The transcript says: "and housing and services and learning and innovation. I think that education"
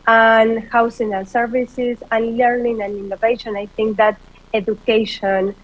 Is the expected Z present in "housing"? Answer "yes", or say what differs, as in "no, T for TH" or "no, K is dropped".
no, S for Z